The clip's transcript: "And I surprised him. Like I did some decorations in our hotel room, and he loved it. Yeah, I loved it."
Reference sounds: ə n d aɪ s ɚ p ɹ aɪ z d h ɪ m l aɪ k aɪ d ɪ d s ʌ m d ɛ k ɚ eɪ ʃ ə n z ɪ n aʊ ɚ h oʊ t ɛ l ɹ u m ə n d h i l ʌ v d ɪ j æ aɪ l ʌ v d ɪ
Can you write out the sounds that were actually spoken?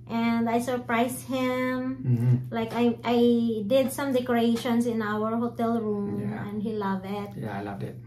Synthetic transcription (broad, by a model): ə n d aɪ s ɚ p ɹ aɪ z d h ɪ m l aɪ k aɪ d ɪ d s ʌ m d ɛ k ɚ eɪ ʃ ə n s ɪ n aʊ ɚ h oʊ t ɛ l ɹ u m ə n d h i l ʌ v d ɪ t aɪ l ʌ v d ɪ